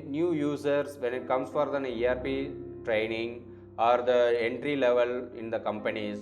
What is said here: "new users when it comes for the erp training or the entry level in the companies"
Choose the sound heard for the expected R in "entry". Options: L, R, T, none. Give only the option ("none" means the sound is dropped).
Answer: R